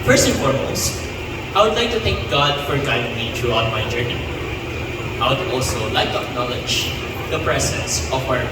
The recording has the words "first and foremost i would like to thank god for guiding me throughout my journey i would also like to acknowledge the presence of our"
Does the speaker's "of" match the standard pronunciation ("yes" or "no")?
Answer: no